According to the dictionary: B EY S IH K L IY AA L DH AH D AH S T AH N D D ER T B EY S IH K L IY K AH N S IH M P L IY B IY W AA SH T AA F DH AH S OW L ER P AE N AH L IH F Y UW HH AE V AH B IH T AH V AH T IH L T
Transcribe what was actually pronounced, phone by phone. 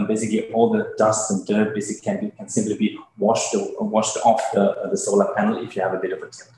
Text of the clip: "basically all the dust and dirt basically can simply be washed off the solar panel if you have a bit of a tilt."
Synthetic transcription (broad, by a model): B EY S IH K L IY AA L DH AH D AH S T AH N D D ER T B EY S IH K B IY K AH N S IH M P L IY B IY W AA SH T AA F DH AH S OW L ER P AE N L IH F Y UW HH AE V AH B IH T AH V AH T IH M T